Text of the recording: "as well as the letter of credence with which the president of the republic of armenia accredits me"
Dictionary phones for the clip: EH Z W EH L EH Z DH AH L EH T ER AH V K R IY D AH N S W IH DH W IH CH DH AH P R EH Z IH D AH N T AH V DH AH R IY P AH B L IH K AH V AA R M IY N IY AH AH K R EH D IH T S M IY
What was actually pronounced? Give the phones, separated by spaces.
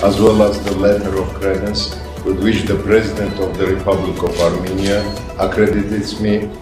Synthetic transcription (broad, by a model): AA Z W EH L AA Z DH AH L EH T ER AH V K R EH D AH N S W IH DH W IH CH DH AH P R EH Z IH D AH N T AH V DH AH R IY P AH B L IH K AH V AA R M IY N IY AH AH K R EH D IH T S M IY